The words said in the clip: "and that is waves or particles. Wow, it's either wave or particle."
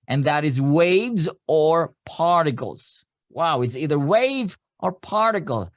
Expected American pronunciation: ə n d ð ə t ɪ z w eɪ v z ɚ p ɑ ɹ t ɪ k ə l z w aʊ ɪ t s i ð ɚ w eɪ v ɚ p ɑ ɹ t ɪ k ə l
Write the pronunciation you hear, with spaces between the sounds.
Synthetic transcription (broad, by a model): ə n ð ə t ɪ z w eɪ v z ɚ p ɑ ɹ t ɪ k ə l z w aʊ ɪ t s i ð ɚ w eɪ v ɚ p ɑ ɹ t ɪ k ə l